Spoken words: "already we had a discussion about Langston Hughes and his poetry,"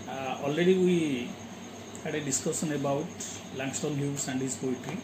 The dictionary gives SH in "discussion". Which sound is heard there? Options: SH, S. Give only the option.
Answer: S